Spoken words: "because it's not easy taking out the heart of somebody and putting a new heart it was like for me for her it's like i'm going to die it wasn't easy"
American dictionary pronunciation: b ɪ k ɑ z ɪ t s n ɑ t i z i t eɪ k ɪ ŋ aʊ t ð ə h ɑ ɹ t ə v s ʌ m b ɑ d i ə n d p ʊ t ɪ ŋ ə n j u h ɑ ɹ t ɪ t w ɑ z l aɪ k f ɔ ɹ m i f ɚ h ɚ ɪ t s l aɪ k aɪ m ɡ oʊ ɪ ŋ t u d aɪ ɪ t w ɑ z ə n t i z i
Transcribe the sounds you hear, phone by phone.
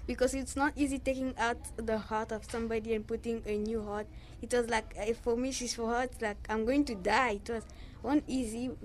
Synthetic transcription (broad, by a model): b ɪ k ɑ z ɪ t s n ɑ t i z i t eɪ k ɪ ŋ aʊ t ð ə h ɑ ɹ t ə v s ʌ m b ɑ d i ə n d p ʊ t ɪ ŋ ə n j u h ɑ ɹ t ɪ t w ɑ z l aɪ k f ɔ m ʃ i f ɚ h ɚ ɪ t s l aɪ k aɪ m ɡ oʊ ɪ ŋ t u d aɪ ɪ t w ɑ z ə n i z i